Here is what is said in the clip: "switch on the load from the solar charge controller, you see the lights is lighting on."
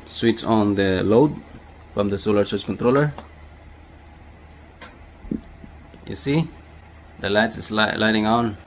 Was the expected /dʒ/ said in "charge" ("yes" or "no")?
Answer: no